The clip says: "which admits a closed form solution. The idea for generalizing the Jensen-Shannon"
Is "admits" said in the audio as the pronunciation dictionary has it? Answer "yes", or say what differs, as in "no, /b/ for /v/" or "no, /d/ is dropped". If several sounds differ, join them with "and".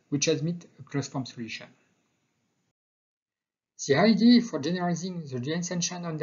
no, /s/ is dropped